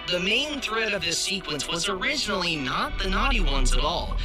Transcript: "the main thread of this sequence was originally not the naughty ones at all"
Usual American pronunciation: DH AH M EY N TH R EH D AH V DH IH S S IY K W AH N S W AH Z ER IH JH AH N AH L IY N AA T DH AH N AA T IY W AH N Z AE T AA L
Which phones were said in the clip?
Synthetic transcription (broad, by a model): DH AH M EY N TH R EH D AH V DH IH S S IY K W AH N S W AH Z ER IH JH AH N L IY N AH T DH AH N AA T IY W AH N Z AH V AA L